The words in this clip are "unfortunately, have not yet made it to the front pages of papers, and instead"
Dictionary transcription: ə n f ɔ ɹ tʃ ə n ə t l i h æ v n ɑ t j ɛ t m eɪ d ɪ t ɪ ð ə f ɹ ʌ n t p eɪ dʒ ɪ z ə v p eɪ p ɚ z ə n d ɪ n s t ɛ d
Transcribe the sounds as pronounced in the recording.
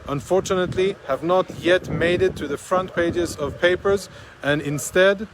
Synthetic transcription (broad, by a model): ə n f ɔ ɹ tʃ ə n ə t l i h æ v n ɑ t j ɛ t m eɪ d ɪ t ɪ ð ə f ɹ ʌ n t p eɪ dʒ ɪ z ə v p eɪ p ɚ z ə n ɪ n s t ɛ d